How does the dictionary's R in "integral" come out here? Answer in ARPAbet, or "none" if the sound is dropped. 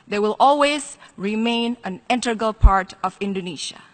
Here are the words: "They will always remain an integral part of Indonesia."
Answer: none